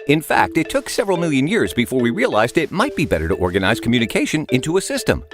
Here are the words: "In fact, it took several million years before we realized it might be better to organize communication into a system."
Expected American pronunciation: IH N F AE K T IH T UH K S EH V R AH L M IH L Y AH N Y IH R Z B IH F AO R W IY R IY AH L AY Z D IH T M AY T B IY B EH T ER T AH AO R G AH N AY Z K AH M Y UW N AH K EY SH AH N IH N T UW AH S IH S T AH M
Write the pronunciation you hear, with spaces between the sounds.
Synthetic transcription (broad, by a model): IH N F AE K T IH T UH K S EH V R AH L M IH L Y AH N Y IH R Z B IH F AO R W IY R IY AH L AY Z D IH T M AY T B IY B EH T ER T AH AO R G AH N AY Z K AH M Y UW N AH K EY SH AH N IH N T UW AH S IH S T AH M